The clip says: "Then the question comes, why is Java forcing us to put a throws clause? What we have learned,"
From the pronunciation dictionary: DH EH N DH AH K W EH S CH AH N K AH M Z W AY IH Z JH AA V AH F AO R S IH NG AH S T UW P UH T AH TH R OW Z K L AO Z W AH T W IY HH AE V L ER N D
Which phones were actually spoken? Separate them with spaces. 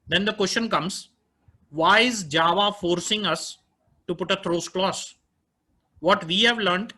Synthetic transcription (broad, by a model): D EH N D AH K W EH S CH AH N K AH M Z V AY IH Z JH AA V AH F AO R S IH NG AH S T UW P UH T AH T R OW S K L AO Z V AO T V IY HH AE V L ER N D